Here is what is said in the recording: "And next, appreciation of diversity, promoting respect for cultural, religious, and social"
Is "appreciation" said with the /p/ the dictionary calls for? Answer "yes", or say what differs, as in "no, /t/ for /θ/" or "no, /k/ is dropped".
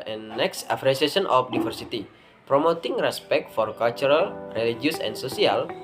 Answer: no, /f/ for /p/